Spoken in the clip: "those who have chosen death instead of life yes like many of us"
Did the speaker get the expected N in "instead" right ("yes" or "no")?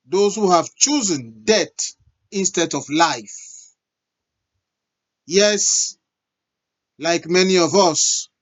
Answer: yes